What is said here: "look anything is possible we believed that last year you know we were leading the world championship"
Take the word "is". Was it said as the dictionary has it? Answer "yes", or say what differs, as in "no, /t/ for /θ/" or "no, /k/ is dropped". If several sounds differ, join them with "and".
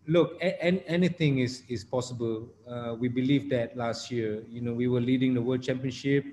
no, /s/ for /z/